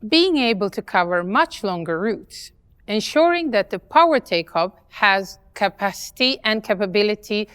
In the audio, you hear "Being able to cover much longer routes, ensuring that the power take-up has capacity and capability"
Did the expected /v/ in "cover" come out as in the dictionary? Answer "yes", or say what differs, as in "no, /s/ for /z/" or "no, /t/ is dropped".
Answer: yes